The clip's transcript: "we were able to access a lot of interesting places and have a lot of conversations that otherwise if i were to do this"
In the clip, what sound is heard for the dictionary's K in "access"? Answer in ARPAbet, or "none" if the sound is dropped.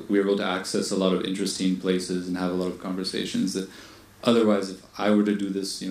K